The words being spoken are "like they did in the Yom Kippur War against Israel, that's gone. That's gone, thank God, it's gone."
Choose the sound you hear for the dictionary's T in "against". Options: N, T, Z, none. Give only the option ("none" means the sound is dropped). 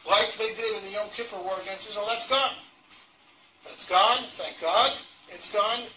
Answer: none